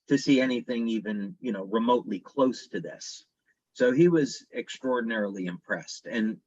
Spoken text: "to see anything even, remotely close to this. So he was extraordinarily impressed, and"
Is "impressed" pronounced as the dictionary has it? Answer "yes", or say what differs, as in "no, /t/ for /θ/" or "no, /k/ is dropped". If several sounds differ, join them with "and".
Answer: yes